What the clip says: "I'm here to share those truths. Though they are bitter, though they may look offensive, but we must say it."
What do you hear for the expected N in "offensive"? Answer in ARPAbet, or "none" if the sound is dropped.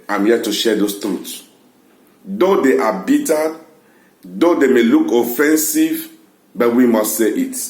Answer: N